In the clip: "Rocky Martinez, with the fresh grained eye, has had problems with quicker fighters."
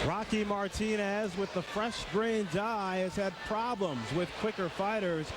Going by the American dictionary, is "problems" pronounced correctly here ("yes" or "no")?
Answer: yes